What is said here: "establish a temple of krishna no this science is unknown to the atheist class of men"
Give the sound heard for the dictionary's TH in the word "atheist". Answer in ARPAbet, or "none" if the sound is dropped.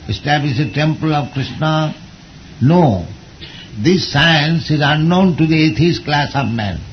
T